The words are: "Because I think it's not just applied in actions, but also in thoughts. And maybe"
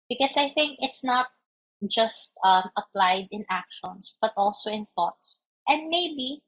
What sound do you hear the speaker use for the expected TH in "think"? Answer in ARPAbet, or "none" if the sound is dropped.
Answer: TH